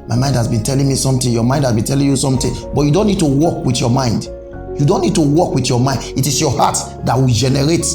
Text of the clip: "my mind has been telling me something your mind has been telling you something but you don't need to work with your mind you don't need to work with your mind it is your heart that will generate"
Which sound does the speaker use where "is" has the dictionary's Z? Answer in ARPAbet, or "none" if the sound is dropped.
S